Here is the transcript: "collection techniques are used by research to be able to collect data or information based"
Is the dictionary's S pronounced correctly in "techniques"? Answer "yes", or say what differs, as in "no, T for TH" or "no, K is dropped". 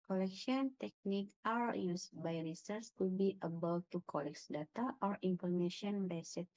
no, S is dropped